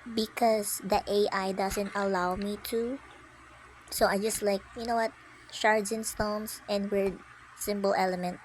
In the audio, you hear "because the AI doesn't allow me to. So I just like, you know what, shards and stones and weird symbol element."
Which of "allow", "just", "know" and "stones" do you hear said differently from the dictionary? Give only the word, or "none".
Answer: stones